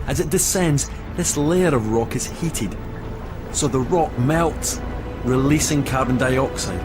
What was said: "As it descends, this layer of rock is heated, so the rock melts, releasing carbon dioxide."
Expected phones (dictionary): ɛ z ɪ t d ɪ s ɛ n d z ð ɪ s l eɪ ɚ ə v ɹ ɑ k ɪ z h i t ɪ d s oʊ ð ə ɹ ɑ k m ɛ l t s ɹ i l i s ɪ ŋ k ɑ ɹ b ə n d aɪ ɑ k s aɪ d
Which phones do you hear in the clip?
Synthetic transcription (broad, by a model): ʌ z ɪ t d ɪ s ɛ n d z ð ɪ s l eɪ ɚ ə v ɹ ɑ k ɪ z h i t ɪ d s oʊ ð ə ɹ ɑ k m ɛ l t s ɹ i l i s ɪ ŋ k ɑ ɹ b ə n d aɪ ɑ k s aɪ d